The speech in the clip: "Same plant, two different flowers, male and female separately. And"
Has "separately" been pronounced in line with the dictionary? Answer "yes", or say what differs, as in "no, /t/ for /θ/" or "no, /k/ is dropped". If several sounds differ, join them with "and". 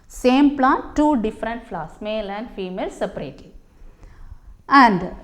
no, /l/ is dropped